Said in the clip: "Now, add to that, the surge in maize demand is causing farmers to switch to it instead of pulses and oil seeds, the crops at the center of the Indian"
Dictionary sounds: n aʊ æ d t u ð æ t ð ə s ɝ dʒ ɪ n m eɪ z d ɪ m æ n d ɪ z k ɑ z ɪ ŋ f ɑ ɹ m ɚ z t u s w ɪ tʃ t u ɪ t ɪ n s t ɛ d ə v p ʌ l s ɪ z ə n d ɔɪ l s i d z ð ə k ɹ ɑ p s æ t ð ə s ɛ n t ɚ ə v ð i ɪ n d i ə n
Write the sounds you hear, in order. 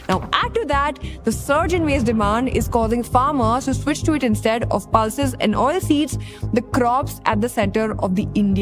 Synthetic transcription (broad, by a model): n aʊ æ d t u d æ t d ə s ɝ dʒ ɪ n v eɪ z d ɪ m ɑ n d ɪ z k ɑ z ɪ ŋ f ɑ ɹ m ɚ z t u s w ɪ tʃ t u ɪ t ɪ n s t ɛ d ə v p ʌ l s ɪ z ə n d ɔɪ l s i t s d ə k ɹ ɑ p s æ t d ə s ɛ n t ɚ ə v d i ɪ n d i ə